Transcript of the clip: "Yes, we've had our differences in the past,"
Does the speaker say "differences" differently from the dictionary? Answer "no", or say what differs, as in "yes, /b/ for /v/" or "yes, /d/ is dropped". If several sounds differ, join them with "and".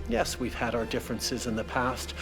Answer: no